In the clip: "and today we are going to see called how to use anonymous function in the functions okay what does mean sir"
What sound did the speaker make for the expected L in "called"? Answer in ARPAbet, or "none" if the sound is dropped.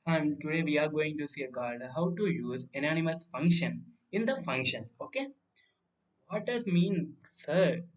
none